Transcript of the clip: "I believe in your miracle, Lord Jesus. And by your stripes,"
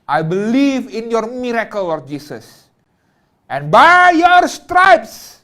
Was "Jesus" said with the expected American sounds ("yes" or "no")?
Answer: no